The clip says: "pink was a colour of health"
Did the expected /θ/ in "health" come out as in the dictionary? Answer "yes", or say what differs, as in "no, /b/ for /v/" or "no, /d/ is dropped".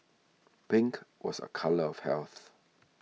yes